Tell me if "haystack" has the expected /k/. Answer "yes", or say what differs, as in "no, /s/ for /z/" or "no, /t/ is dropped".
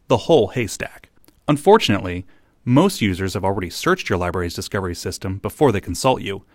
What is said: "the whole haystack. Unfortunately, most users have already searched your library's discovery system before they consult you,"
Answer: yes